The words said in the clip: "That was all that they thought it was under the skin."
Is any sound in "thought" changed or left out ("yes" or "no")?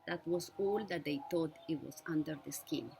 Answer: yes